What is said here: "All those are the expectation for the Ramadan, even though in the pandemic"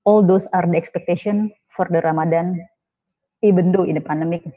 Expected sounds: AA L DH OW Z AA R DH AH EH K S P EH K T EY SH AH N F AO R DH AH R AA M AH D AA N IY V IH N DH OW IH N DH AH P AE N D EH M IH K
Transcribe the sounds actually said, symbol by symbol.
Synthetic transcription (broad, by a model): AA L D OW S AA R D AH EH K S P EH K T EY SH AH N F AO R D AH R AA M AH D AA N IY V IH N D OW IH N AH P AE N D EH M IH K